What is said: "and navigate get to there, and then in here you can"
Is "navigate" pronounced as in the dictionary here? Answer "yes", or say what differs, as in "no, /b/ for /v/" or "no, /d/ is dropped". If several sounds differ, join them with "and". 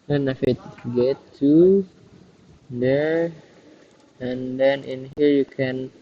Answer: no, /f/ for /v/